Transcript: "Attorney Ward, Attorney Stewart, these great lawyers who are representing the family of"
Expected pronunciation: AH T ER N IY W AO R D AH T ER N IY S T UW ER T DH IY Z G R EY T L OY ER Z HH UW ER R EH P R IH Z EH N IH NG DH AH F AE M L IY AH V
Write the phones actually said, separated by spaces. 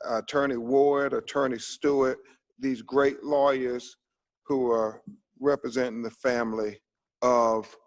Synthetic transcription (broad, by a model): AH T ER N IY W AO R D AH T ER N IY S T UW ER T DH IY Z G R EY T L OY ER Z HH UW ER R EH P R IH Z EH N IH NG DH AH F AE M L IY AH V